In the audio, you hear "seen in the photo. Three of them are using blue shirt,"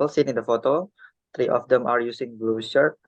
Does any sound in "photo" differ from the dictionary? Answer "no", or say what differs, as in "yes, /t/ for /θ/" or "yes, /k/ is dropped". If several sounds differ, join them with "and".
no